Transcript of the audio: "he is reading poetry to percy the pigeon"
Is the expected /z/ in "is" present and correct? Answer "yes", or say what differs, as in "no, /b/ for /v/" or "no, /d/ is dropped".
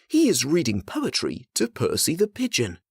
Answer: yes